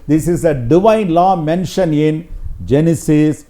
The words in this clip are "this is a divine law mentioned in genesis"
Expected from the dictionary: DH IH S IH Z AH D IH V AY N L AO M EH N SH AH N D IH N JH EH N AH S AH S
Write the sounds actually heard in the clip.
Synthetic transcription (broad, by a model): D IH S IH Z AH D IH V AY N L AO M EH N SH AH N IH N JH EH N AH S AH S